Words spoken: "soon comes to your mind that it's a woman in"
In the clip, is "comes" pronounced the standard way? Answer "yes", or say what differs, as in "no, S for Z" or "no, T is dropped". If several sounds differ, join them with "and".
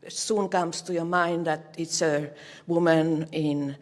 no, S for Z